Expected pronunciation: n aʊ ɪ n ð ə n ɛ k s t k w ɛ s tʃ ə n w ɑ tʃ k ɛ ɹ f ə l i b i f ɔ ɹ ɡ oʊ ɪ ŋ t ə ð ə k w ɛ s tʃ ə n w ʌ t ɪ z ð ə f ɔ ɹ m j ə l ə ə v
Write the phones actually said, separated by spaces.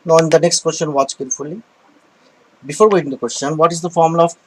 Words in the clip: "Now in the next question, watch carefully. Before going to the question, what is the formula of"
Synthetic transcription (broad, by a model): n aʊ ɪ n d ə n ɛ k s t k w ɛ s tʃ ə n w ɑ tʃ k ɛ ɹ f ə l i b i f ɔ ɹ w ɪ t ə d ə k w ɛ s tʃ ə n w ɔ t ɪ z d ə f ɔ ɹ m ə l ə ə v